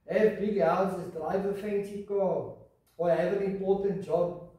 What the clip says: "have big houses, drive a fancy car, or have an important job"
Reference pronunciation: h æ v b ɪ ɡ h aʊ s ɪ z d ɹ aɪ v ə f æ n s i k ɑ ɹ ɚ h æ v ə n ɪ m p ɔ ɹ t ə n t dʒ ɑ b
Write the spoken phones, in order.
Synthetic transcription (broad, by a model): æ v b ɪ ɡ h aʊ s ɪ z d ɹ aɪ v ə f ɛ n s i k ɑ w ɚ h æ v ə n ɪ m p ɔ t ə n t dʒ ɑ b